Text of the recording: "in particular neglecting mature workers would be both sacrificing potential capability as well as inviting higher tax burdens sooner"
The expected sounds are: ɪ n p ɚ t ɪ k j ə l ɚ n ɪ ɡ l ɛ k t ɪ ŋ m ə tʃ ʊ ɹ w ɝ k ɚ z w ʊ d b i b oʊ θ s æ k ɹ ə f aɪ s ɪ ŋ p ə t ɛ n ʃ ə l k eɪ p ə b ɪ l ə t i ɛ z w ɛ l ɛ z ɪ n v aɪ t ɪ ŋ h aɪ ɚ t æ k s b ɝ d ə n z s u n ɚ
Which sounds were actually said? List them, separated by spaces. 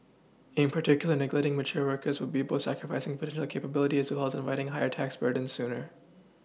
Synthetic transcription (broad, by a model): ɪ n p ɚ t ɪ k j l ɚ n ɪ ɡ l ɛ t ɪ ŋ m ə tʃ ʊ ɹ w ɝ k ɚ z w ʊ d b i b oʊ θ s æ k ɹ ə f aɪ s ɪ ŋ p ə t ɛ n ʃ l k eɪ p ə b ɪ l ə t i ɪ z w ɛ l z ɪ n v aɪ t ɪ ŋ h aɪ ɚ t æ k s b ɝ d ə n s u n ɚ